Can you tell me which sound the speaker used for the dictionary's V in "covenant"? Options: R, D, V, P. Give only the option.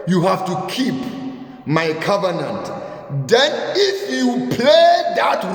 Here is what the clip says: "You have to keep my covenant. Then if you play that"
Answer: V